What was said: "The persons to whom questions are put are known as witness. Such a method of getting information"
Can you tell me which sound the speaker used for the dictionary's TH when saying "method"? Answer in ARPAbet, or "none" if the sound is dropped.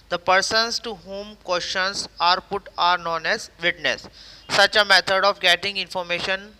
T